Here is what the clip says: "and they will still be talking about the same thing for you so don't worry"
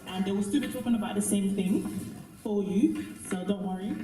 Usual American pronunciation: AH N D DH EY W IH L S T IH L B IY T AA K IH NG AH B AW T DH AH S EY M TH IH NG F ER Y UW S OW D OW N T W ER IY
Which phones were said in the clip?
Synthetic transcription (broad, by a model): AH N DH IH W IH L S T IH L B IY T AA K IH NG AH B AW T DH AH S EY M TH IH NG F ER Y UW S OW D OW N T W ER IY